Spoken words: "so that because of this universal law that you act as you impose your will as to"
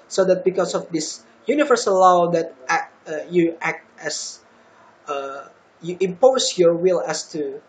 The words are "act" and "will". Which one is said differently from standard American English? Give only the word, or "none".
none